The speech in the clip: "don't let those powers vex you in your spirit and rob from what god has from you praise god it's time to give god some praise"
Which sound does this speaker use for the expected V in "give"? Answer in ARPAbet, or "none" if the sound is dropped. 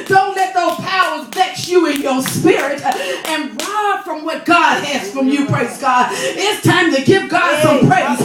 P